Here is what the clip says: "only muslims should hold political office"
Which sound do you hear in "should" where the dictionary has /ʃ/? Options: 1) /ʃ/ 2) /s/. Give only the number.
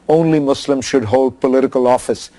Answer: 1